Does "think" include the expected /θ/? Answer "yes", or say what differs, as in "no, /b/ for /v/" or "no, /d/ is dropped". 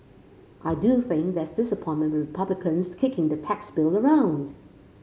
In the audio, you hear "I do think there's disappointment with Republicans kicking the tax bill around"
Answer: yes